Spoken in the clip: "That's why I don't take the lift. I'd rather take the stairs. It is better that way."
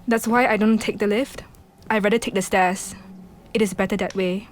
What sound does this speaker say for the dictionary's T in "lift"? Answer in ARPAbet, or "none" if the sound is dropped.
T